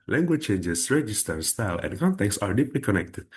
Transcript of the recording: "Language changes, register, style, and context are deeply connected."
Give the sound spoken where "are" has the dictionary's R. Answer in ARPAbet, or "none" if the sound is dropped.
R